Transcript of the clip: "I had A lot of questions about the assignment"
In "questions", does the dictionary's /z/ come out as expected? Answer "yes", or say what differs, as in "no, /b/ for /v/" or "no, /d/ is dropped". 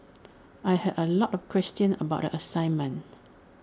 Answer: no, /z/ is dropped